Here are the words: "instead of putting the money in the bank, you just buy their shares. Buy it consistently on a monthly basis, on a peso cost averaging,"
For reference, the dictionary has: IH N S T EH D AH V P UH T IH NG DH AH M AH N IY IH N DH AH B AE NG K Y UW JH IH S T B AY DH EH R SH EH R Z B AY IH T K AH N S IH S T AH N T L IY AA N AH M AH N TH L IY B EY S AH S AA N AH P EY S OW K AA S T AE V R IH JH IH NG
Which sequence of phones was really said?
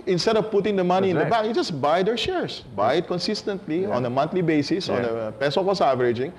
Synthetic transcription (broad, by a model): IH N S T EH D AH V P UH T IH NG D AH M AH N IY IH N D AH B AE K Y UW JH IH S B AY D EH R SH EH R S B AY IH T K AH N S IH S T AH N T L IY AA N AH M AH N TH L IY B EY S AH S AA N AH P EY S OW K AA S AE V R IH JH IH NG